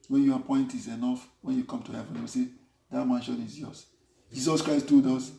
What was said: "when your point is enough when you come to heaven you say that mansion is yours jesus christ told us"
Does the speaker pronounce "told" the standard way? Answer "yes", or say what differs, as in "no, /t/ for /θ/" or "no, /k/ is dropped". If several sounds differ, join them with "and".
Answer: no, /l/ is dropped